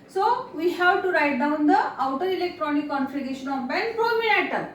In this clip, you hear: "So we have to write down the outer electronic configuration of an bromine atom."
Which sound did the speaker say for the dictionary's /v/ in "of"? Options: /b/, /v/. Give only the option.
/b/